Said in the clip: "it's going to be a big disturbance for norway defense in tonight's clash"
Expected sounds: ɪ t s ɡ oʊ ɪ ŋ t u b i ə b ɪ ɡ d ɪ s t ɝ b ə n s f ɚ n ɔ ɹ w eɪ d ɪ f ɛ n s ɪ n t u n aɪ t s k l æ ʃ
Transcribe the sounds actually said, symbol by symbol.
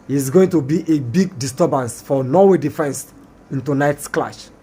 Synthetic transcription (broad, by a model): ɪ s ɡ oʊ ɪ ŋ t u b i ə b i ɡ d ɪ s t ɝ b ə n s f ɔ n ɔ w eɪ d ɪ f ɛ n s ɪ n t u n aɪ t s k l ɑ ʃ